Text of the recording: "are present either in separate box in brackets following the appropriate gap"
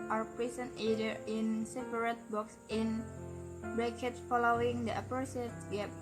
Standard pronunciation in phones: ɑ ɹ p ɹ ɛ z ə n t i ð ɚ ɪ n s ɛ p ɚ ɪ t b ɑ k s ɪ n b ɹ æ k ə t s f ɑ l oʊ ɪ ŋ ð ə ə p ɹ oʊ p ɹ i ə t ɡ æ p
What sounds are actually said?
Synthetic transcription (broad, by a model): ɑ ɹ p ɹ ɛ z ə n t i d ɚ ɪ n s ɛ p ɚ ɪ t b ɑ k s ɪ n b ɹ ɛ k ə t f ɑ l oʊ ɪ ŋ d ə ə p oʊ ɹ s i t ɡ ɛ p